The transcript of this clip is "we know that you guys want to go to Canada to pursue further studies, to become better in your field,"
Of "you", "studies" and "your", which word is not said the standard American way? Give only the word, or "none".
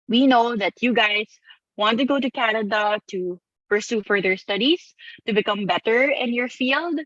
studies